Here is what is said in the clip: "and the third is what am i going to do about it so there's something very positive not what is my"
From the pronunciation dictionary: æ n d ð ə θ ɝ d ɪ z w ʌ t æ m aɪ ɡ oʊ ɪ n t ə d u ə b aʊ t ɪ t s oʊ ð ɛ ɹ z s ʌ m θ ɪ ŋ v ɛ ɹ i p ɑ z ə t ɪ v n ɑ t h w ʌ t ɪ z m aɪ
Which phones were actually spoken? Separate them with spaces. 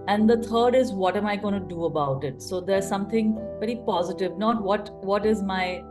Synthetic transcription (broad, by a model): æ n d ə t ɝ d ɪ z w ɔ t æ m aɪ ɡ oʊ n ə d u ə b aʊ t ɪ t s oʊ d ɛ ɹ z s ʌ m t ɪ ŋ v ɛ ɹ i p ɑ z ə t ɪ v n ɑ t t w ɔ t ɪ z m aɪ